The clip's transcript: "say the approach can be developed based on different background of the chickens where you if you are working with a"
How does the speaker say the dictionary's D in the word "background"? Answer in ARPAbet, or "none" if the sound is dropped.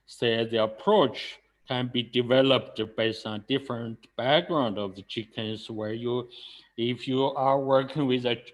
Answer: D